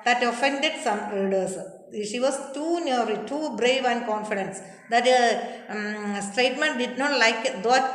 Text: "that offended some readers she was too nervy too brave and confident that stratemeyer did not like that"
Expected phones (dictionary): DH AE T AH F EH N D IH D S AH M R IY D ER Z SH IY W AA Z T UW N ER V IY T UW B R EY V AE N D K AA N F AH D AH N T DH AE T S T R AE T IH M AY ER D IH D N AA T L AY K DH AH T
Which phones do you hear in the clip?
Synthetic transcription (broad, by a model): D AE T AH F EH N D IH D S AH M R D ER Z SH IY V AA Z T UW N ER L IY T UW B R EY V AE N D K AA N F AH D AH N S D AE T S T R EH T M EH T D IH D N AA T L AY K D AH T